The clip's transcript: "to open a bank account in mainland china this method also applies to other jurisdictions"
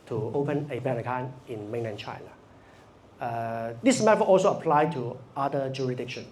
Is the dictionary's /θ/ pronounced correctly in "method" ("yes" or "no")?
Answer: no